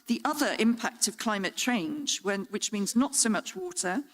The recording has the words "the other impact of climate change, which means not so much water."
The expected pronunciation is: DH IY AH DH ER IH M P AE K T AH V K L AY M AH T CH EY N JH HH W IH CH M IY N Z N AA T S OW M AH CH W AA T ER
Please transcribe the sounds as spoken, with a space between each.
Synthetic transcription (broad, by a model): DH IY AH DH ER IH M P AE K T AH V K L AY M AH T CH EY N JH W W IH CH M IY N Z N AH T S OW M AH CH W AA T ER